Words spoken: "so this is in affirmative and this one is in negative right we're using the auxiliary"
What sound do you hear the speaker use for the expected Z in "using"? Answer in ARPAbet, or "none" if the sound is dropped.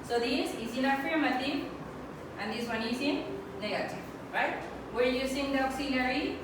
S